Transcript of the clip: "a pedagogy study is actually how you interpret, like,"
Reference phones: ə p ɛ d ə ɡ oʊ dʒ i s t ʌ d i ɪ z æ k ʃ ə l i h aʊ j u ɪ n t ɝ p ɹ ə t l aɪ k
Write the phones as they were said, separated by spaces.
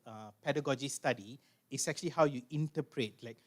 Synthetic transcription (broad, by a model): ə p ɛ d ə ɡ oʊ dʒ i s t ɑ d i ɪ s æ k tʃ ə l i h aʊ j u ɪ n t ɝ p ɹ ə t l aɪ k